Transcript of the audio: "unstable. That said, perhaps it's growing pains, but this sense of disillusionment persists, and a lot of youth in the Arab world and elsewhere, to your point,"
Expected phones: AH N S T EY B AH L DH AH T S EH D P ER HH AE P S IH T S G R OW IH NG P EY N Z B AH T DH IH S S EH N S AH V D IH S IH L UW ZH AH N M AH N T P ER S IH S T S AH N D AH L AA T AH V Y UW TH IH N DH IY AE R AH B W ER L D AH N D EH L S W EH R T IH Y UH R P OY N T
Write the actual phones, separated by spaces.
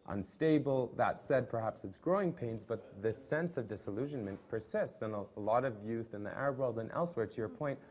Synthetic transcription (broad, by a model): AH N S T EY B L DH AH T S EH D P ER HH AE P S IH T S G R OW IH NG P EY N Z B AH T DH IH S S EH N S AH V D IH S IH L UW ZH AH N M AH N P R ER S IH S T S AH N AH L AA T AH V Y UW TH IH N DH IY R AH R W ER L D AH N EH L S W EH R T IH Y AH R P OY N T